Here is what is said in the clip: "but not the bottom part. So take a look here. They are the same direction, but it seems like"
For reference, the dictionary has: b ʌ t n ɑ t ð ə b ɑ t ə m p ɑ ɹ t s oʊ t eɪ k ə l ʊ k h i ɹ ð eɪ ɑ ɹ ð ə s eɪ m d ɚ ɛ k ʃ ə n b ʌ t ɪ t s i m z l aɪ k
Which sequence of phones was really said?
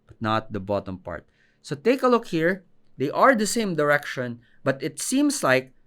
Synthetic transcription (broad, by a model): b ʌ t n ɑ t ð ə b ɑ t ə m p ɑ ɹ t s oʊ t eɪ k ə l ʊ k h i ɹ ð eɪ ɑ ɹ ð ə s eɪ m d ɚ ɛ k ʃ ə n b ʌ t ɪ t s i m s l aɪ k